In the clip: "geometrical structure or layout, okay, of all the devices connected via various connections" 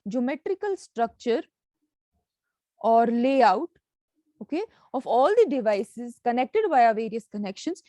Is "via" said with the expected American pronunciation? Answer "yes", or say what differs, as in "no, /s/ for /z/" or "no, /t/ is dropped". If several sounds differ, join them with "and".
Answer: no, /b/ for /v/